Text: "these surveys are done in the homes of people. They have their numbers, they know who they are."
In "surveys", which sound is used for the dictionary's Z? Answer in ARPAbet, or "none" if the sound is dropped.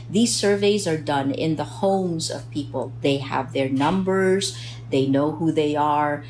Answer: Z